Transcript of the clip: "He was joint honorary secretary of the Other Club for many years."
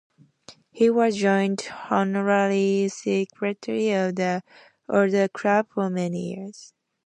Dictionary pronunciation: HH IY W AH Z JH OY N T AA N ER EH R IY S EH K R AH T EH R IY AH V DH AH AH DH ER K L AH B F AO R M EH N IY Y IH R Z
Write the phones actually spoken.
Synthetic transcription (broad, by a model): HH IY W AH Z JH OY N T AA N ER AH L IY S EH K R AH T EH R IY AH V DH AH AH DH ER K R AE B F AO R M EH N IY Y IH R Z